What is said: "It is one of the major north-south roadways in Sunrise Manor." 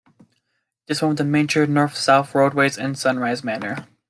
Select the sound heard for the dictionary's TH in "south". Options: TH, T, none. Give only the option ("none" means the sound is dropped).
TH